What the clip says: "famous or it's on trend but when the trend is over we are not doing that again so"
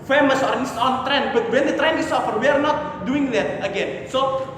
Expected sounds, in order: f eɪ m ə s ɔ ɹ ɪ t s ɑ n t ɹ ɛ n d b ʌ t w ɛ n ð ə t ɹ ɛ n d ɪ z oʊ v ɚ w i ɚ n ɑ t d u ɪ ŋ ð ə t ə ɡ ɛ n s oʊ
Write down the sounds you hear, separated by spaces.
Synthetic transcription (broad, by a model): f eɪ m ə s ɔ ɹ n s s ɑ n t ɹ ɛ n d b ʌ t w ɛ n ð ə t ɹ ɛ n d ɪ s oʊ f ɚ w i ɚ n ɑ t d u ɪ ŋ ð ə t ə ɡ ɛ n s oʊ